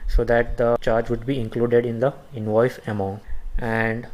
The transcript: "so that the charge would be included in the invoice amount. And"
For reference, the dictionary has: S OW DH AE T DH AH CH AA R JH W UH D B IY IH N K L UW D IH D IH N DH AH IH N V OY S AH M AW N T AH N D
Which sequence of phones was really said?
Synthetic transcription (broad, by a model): S OW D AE T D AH CH AA R JH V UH D B IY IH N K L UW D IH D IH N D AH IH N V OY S AH M AW N T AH N D